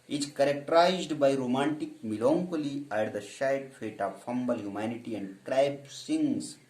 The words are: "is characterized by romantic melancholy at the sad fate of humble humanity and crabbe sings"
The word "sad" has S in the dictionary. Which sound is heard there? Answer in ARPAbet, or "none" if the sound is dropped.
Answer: SH